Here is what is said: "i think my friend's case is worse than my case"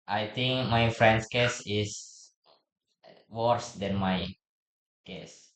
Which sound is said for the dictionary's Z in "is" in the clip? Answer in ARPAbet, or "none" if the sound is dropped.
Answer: S